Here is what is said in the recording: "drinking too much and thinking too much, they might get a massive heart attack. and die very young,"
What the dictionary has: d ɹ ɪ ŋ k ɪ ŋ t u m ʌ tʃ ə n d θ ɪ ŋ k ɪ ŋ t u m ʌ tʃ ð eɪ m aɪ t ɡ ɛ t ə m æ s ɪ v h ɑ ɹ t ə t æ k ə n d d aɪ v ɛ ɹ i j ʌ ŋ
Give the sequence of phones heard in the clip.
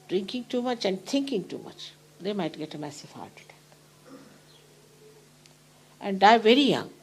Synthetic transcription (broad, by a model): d ɹ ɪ ŋ k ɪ ŋ t u m ʌ tʃ ə n d t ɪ ŋ k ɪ ŋ t u m ʌ tʃ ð eɪ m aɪ t ɡ ɛ t ə m æ s ɪ v h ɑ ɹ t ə t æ ə n d d aɪ v ɛ ɹ i j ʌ ŋ